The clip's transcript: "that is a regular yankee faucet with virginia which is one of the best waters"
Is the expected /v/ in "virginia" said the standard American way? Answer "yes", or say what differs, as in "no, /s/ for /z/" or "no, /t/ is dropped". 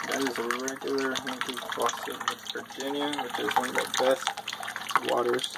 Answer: no, /b/ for /v/